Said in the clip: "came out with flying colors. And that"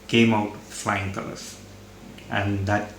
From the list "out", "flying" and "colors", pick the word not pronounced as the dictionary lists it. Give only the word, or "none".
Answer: colors